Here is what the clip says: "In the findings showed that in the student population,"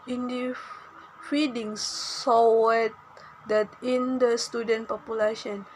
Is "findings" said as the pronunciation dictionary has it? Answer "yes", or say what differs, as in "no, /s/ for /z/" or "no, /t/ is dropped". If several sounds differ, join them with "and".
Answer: no, /n/ is dropped